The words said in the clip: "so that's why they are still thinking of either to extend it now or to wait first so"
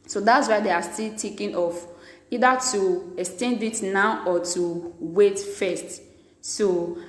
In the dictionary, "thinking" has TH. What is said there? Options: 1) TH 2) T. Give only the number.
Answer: 2